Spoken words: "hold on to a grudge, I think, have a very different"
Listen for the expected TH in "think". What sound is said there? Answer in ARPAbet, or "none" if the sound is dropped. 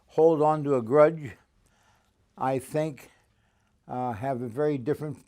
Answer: TH